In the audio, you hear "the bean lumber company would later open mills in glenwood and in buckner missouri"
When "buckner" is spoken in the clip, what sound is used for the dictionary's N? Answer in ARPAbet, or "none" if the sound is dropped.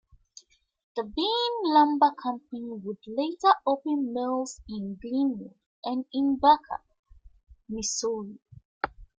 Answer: none